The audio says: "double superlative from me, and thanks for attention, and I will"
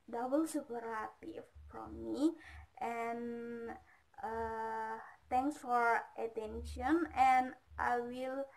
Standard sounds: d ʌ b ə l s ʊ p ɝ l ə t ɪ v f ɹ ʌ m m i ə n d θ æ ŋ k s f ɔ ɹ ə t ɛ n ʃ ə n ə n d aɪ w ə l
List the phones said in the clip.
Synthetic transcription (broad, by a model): d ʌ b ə l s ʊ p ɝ ə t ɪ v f ɹ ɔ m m i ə n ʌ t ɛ ŋ k s f ɔ ɹ ə t ɛ n ʃ ə n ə n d aɪ w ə l